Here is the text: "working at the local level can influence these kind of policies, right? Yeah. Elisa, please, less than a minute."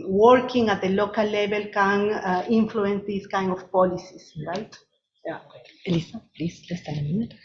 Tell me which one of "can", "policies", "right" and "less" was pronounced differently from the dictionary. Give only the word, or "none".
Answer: policies